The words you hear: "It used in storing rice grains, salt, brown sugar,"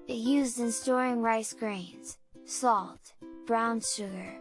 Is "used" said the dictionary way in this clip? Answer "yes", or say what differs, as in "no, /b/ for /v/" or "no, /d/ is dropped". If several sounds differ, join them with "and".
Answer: yes